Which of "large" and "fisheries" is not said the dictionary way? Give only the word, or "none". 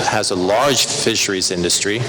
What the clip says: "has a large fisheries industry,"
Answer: none